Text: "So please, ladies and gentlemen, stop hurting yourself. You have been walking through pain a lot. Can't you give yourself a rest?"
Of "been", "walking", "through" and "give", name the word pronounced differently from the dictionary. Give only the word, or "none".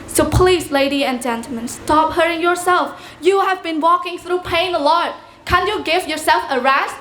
none